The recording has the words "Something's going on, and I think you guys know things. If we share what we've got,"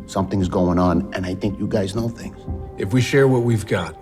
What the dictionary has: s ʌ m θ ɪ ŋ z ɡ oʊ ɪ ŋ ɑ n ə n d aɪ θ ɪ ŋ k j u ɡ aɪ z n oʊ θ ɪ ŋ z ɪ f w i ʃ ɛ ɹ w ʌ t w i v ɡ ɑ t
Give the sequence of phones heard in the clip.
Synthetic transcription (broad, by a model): s ʌ m θ ɪ ŋ z ɡ oʊ ɪ ŋ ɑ n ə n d aɪ θ ɪ ŋ k j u ɡ aɪ z n oʊ θ ɪ ŋ z ɪ f w i ʃ ɛ ɹ w ʌ t w i v ɡ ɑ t